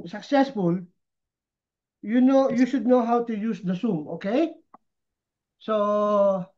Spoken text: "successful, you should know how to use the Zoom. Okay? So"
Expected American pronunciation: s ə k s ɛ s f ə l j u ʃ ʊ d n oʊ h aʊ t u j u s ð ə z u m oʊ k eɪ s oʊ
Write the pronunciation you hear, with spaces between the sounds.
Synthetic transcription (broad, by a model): s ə k s ɛ s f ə l j u ʃ ʊ d n oʊ h aʊ t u j u s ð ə s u m oʊ k eɪ s oʊ